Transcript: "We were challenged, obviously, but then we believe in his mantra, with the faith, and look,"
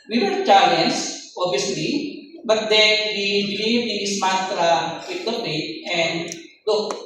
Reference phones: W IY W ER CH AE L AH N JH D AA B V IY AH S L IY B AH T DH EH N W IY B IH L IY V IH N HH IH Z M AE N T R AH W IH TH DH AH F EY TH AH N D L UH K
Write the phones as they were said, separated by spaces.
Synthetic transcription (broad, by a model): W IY W ER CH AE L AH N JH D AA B IY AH S L IY B AH T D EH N W IY B IH L IY V IH N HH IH S M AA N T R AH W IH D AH P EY T AH N D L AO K